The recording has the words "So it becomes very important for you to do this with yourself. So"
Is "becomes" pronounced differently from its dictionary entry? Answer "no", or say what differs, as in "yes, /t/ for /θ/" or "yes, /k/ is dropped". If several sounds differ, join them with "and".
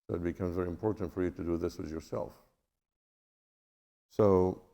no